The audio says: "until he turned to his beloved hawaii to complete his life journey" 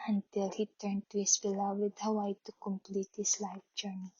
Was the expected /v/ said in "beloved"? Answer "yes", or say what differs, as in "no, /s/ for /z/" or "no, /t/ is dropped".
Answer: no, /w/ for /v/